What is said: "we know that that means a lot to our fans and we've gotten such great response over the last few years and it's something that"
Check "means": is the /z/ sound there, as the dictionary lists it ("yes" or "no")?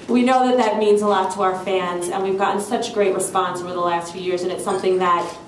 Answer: yes